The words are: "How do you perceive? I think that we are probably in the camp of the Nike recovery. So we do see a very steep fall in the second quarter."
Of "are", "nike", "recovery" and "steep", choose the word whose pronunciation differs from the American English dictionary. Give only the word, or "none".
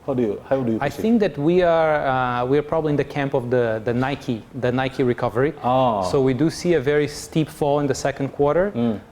none